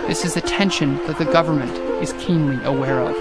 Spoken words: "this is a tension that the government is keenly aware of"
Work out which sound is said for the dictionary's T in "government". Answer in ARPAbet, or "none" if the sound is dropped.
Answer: T